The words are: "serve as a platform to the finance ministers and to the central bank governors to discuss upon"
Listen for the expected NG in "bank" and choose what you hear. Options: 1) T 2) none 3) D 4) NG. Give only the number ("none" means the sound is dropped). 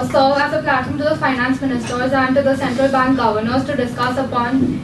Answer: 4